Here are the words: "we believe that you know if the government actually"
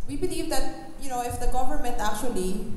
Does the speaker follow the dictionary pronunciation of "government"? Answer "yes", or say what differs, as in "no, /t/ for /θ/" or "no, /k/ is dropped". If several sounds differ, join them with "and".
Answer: no, /p/ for /v/